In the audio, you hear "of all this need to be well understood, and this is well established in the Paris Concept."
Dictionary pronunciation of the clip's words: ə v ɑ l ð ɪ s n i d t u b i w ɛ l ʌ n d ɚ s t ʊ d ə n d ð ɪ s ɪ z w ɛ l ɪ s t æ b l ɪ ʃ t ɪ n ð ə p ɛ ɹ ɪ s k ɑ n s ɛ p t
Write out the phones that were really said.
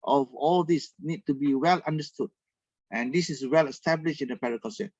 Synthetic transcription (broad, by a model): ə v ɑ l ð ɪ s n i d t u b i w ɛ l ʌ n d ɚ s t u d ə n d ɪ s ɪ s w ɛ l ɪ s t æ b l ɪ ʃ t ɪ n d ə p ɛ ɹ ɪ k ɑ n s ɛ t